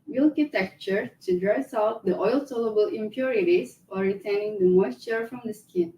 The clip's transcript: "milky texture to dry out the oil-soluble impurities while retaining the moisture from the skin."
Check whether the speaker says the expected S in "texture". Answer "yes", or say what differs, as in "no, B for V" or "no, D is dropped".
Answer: no, S is dropped